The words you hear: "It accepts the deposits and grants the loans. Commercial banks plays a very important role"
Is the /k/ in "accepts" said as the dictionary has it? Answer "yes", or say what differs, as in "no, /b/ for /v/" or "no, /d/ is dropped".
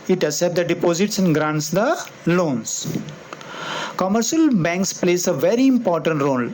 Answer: no, /k/ is dropped